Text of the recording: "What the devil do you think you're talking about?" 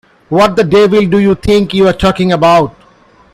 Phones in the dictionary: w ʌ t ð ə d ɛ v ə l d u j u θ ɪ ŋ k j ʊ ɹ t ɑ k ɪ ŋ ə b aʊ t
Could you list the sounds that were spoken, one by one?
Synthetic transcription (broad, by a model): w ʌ t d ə d ɛ v ə l d u j u t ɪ ŋ k j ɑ ɹ t ɑ k ɪ ŋ ə b aʊ t